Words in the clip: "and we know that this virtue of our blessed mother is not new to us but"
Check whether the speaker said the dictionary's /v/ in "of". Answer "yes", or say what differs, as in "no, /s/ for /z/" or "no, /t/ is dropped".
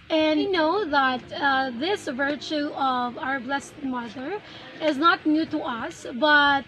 yes